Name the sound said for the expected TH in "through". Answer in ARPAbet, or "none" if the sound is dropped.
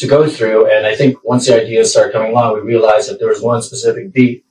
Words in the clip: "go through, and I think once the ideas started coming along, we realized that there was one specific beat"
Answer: TH